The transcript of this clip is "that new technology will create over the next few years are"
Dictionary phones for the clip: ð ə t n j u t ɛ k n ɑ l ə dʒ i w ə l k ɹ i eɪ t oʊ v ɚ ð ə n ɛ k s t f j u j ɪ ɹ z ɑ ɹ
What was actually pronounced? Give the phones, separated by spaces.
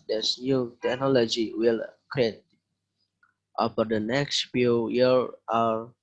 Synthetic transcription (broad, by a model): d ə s n j u t ɛ k n ɑ l ə dʒ i w ə l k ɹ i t t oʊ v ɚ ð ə n ɛ k s t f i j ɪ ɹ ɑ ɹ